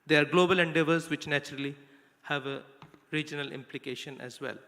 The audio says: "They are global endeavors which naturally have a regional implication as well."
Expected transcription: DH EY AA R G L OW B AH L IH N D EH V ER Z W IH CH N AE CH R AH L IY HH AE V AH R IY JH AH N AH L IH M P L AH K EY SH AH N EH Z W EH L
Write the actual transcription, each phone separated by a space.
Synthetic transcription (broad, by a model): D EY AA R G L OW B AH L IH N D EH V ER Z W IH CH N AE CH R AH L IY HH AE V AH R IY JH AH N AH L IH M P L AH K EY SH AH N EH Z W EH L